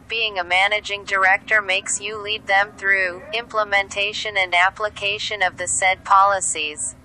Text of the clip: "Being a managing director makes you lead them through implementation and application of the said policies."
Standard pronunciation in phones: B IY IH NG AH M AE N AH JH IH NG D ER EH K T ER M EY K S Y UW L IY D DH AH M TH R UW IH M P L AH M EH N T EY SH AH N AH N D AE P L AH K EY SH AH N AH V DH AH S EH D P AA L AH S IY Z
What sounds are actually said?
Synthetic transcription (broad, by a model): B IY IH NG AH M AE N AH JH IH NG D ER EH K T ER M EY K S Y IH L IY D DH AH M TH R UW IH M P L AH M EH N T EY SH AH N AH N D AE P L AH K EY SH AH N AH V DH AH S EH D P AA L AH S IY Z